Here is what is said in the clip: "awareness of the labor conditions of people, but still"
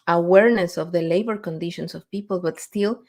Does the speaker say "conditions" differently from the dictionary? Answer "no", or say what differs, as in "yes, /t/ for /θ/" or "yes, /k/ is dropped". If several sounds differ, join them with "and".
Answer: yes, /s/ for /z/